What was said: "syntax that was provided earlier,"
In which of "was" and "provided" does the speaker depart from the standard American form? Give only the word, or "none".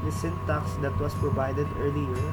was